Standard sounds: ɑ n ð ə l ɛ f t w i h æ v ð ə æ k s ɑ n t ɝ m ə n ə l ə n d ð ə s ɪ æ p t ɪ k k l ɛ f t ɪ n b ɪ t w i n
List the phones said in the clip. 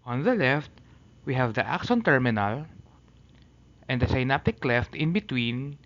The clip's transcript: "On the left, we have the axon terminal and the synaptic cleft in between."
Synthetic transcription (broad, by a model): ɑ n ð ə l ɛ f t w i h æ v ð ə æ k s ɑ n t ɝ m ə n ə l ə n d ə s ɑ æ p t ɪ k k l ɛ f t ɪ n b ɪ t w i n